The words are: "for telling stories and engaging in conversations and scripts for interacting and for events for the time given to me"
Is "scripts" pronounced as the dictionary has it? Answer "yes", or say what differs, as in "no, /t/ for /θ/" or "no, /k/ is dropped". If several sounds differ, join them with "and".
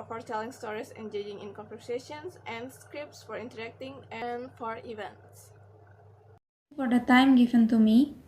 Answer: yes